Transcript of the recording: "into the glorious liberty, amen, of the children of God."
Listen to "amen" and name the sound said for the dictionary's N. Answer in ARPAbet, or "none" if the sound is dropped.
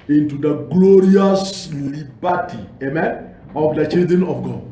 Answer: N